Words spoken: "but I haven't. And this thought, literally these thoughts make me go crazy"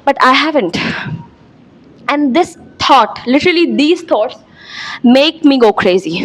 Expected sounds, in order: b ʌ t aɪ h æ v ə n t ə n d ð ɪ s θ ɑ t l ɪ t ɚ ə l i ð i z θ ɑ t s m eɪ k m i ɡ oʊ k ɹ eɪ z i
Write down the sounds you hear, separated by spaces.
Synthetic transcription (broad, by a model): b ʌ t aɪ h æ v ə n t ə n d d ɪ s t ɑ t l ɪ t ɚ ə l i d i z t ɑ t s m eɪ k m i ɡ oʊ k ɹ eɪ z i